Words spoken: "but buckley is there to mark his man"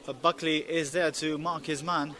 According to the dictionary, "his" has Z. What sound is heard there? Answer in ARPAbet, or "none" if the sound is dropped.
Z